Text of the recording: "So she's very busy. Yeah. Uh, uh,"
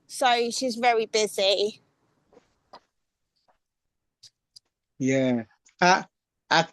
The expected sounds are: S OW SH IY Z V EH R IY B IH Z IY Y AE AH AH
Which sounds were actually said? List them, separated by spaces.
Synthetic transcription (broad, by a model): S OW SH IY Z V EH R IY B IH Z IY Y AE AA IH